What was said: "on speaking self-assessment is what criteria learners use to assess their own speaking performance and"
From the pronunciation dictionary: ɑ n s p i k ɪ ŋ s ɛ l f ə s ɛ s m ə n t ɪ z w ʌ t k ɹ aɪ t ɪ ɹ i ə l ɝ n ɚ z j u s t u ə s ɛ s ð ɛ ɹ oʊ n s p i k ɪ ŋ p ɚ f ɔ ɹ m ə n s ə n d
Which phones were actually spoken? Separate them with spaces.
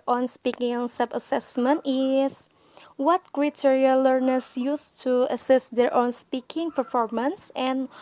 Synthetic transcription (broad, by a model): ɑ n s p i k ɪ ŋ s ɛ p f ə s ɛ s m ə n t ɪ s w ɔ t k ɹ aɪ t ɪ ɹ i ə l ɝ n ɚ s j u s t u ə s ɛ s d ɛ ɹ oʊ n s p i k ɪ ŋ p ɚ f ɔ ɹ m ə n s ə n